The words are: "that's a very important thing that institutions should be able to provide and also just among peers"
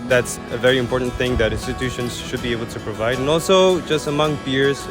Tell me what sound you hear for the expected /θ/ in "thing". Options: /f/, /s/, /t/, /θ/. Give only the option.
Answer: /θ/